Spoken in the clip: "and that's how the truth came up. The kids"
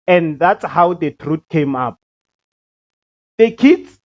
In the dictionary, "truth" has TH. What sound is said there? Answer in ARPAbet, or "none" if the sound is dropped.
T